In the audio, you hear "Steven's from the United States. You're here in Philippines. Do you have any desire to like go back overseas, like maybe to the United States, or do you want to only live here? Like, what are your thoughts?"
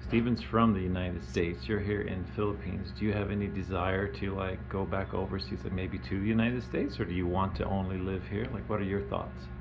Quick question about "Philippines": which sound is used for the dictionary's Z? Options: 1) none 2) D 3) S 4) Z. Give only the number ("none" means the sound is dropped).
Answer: 4